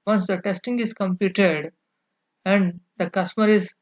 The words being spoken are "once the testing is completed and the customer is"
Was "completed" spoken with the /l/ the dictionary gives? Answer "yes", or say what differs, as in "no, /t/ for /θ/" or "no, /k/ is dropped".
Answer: no, /l/ is dropped